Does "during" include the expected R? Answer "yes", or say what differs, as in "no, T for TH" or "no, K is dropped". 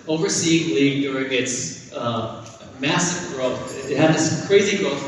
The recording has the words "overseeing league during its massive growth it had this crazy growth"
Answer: yes